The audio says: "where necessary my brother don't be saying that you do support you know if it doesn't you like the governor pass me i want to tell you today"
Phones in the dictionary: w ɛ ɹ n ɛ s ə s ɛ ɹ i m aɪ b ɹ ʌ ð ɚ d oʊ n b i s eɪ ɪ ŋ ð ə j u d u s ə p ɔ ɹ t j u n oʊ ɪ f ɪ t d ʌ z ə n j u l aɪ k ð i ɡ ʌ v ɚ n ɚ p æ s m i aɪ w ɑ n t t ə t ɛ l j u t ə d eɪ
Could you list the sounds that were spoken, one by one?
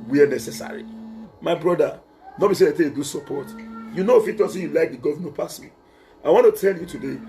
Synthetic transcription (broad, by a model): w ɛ n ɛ s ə s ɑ ɹ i m aɪ b ɹ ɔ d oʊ n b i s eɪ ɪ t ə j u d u s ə p ɔ t j u n oʊ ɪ f ɪ t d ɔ s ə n j u l aɪ k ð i ɡ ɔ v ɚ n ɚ p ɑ s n aɪ w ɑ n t t ə t ɛ l j u t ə d eɪ